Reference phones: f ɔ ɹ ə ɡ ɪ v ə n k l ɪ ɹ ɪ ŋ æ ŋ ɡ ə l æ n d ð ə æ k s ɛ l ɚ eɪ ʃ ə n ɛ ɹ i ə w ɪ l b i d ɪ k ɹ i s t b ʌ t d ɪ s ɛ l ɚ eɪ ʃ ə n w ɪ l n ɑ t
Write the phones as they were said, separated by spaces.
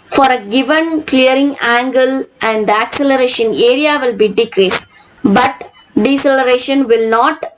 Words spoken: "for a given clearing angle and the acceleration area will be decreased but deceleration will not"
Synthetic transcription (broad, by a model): f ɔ ɹ ə ɡ ɪ v ə n k l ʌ ɹ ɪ ŋ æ ŋ ɡ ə l æ n d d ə æ k s ɛ l ɚ eɪ ʃ ə n ɛ ɹ i ə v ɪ l b i d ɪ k ɹ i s b ʌ t d ɪ s ɛ l ɚ eɪ ʃ ə n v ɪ l n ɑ t